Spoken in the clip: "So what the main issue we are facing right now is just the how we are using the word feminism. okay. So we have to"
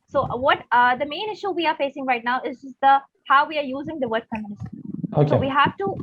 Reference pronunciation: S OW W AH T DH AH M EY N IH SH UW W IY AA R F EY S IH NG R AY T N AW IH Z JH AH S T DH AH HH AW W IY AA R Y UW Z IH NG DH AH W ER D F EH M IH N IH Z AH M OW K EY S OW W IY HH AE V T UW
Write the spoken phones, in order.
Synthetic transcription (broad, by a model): S OW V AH T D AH M EY N IH SH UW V IY AA R F EY S IH NG R AY T N AW IH Z JH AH S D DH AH HH AW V IY AA R Y UW Z IH NG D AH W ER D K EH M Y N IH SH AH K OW EY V IY HH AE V T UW